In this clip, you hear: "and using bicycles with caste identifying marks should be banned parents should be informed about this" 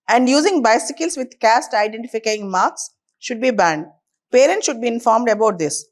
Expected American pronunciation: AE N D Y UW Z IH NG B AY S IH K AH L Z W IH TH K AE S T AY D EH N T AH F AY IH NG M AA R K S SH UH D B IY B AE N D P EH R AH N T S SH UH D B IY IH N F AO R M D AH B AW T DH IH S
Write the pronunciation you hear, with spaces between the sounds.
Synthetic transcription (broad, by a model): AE N D Y UW Z IH NG B AY S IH K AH L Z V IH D K AE S T AY D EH N T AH F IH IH NG M AA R K S SH UH D B IY B AE N D P EH R AH N T S SH UH D B IY IH N F AO R M D AH B AW T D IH S